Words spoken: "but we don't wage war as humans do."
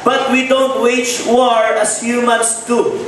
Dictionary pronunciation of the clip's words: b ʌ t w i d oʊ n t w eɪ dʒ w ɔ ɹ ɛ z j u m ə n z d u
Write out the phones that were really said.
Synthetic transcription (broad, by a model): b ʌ t w i d oʊ n t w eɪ tʃ w ɔ ɹ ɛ s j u m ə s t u